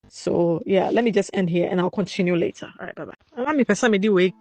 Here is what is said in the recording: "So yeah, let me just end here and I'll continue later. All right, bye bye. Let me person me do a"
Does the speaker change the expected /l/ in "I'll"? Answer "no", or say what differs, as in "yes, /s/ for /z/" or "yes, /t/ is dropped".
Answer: no